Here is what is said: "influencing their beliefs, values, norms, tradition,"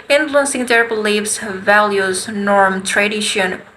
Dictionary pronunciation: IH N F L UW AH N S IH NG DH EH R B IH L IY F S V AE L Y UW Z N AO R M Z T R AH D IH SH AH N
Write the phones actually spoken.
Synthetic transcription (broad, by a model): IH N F L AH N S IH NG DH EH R B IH L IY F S V AE L Y UW Z N AO R M T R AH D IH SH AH N